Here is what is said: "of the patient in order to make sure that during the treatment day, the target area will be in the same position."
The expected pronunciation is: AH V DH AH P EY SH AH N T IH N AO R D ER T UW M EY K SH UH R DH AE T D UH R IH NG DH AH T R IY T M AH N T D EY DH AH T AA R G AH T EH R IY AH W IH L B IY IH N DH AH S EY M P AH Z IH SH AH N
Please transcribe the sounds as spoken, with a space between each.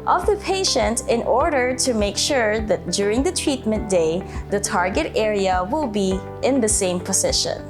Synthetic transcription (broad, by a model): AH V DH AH P EY SH AH N T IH N AO R D ER T UW M EY K SH UH R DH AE T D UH R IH NG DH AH T R IY T M AH N T D EY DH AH T AA R G AH T EH R IY AH W IH L B IY IH N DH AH S EY M P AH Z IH SH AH N